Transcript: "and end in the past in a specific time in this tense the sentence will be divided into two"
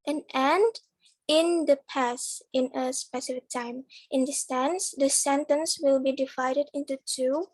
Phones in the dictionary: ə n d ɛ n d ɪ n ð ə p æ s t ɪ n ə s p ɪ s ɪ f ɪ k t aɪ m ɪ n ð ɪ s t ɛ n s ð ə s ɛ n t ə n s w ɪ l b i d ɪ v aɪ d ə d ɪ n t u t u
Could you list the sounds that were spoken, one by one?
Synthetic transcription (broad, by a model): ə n ɛ n d ɪ n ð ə p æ s ɪ n ə s p ɪ s ɪ f ɪ k t aɪ m ɪ n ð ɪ s t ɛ n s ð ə s ɛ n t ə n s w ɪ l b i d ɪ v aɪ d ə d ɪ n t u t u